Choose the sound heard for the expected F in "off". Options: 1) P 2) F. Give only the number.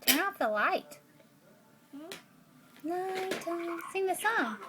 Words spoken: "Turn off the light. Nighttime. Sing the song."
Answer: 1